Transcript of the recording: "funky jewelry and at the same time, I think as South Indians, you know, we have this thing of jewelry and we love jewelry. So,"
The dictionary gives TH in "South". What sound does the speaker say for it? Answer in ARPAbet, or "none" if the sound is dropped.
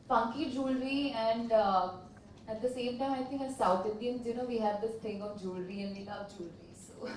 T